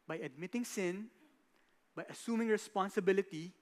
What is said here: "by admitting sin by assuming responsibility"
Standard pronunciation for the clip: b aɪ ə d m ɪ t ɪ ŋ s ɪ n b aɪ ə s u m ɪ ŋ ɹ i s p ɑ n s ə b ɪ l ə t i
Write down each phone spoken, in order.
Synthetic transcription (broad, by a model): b aɪ ə d m ɪ t ɪ ŋ s ɪ n b aɪ ə s u m ɪ ŋ ɹ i s p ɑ n s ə b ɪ l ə t i